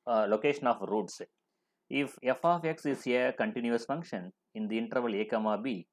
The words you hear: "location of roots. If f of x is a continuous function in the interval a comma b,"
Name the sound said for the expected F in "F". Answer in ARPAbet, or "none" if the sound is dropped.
F